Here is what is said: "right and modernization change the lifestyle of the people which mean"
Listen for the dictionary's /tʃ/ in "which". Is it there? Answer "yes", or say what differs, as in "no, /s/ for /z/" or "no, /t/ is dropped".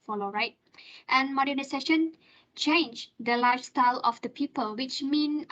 yes